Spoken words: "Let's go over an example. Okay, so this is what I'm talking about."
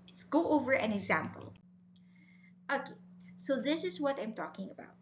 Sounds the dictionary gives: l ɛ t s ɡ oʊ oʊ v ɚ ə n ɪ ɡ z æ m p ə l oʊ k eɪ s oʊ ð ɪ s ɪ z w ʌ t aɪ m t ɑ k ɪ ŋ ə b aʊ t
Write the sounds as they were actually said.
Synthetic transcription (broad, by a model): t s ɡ oʊ oʊ v ɚ ə n ɪ ɡ z æ m p ə l oʊ k eɪ s oʊ ð ɪ s ɪ z w ʌ t aɪ m t ɑ k ɪ ŋ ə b aʊ t